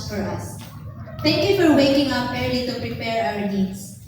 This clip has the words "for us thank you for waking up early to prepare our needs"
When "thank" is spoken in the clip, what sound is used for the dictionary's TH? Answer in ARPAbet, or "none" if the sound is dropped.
T